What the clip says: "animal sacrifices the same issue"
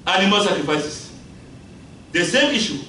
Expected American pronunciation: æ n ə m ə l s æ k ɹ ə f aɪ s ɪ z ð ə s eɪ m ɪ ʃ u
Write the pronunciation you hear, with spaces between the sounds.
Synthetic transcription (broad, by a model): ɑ n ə m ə l s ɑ k ɹ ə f aɪ s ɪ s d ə s eɪ m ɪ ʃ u